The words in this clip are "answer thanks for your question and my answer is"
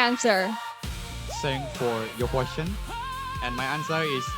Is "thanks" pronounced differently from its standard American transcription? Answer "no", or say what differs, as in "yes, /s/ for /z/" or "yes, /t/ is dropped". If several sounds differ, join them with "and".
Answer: yes, /s/ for /θ/